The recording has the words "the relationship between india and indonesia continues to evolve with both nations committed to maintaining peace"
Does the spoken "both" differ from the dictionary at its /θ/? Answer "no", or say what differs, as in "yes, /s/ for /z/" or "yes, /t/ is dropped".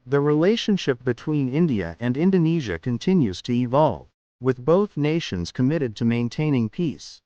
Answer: no